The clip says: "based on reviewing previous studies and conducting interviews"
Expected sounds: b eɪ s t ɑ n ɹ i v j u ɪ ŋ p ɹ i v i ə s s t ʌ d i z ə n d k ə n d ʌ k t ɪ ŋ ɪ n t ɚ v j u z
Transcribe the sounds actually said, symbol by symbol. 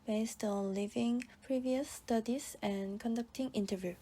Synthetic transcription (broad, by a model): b eɪ s t ɑ n l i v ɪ ŋ p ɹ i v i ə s s t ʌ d i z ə n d k ə n d ʌ k t ɪ ŋ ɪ n t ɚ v j u